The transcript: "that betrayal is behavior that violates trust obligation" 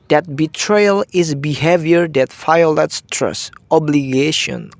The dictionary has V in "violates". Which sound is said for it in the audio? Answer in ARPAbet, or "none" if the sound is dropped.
F